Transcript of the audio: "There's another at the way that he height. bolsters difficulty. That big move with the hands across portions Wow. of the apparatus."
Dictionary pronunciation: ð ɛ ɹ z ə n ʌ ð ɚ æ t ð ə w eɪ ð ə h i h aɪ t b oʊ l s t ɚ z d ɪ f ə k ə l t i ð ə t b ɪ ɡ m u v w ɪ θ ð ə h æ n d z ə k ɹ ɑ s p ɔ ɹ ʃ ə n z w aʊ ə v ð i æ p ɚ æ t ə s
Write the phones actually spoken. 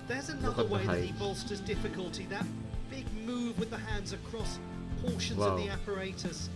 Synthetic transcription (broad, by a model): ð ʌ ɹ z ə n ʌ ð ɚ ð ə w eɪ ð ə h i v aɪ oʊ l s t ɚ z d ɪ f ə k ə l t i ð ə t b ɪ ɡ m u v w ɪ ð ə h æ n d z ə k ɹ ɑ s p ɔ ɹ ʃ ə n z ə v ð i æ p ɚ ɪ t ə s